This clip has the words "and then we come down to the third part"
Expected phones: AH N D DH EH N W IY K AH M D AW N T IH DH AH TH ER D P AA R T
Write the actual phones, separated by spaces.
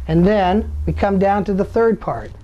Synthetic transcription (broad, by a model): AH N DH EH N W IY K AH M D AW N T IH DH AH TH ER D P AA R T